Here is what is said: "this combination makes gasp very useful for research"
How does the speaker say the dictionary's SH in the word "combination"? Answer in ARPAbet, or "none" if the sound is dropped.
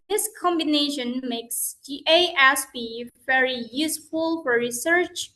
SH